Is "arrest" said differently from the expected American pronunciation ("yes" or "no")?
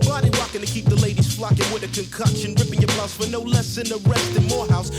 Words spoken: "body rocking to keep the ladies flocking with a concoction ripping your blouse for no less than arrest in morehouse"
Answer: no